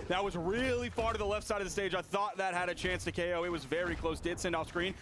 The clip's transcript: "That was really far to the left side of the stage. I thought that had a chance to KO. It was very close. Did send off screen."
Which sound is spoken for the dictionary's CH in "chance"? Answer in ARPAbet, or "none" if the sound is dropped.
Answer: CH